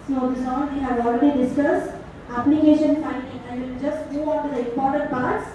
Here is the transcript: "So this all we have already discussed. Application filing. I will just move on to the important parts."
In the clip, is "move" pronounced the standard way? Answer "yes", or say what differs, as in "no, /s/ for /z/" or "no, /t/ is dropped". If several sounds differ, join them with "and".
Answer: no, /v/ is dropped